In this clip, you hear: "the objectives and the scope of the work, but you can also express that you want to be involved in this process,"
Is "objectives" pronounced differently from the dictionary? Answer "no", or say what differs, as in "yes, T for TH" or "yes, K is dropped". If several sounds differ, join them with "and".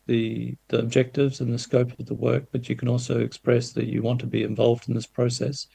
no